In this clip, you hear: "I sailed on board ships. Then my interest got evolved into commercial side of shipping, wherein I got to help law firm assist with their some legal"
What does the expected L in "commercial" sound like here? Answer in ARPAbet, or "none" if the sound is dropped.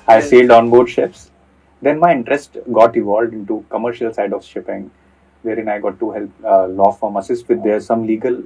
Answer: L